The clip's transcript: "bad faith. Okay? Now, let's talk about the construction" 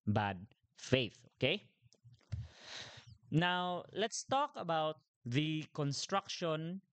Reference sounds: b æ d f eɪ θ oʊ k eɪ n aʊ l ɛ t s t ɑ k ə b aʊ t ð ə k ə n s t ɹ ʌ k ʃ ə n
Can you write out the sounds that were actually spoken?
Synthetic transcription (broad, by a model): b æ d f eɪ θ oʊ k eɪ n aʊ l ɛ t s t ɑ k ə b aʊ t ð ə k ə n s t ɹ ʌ k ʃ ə n